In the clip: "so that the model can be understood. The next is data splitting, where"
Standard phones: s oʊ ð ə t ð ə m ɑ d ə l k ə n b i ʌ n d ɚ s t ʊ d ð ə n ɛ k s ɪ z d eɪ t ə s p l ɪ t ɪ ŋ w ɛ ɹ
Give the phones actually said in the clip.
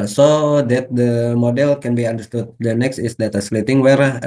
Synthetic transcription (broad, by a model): s oʊ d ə t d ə m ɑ d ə l k ə n b i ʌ n d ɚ s t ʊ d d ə n ɛ k s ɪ s d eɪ t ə s l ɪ t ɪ ŋ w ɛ ɹ